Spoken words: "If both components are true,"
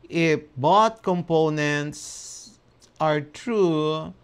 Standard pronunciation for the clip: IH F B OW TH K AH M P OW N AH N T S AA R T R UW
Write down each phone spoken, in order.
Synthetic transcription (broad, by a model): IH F B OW T K AH M P OW N AH N T S AA R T R UW